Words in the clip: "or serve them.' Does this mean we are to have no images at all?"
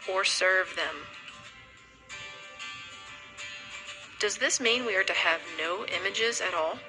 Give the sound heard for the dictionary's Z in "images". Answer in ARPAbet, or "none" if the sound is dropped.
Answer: Z